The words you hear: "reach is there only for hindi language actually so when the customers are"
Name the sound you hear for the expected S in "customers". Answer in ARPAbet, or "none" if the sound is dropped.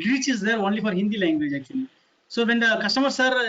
SH